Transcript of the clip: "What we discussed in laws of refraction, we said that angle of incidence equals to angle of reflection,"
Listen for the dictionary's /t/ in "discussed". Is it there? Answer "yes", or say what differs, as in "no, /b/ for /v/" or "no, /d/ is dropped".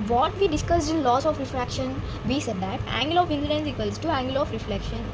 no, /t/ is dropped